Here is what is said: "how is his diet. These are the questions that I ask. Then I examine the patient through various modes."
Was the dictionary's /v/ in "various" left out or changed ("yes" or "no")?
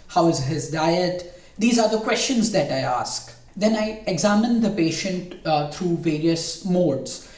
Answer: no